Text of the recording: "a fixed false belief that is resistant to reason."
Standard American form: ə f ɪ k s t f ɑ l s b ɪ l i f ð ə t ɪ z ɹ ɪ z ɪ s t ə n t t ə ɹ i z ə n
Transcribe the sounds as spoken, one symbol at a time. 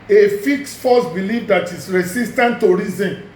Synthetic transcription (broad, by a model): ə f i k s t f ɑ s b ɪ l i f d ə t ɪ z ɹ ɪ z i s t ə n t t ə ɹ i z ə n